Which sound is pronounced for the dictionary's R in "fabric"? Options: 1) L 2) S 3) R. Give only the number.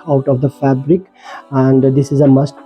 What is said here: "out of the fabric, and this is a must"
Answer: 3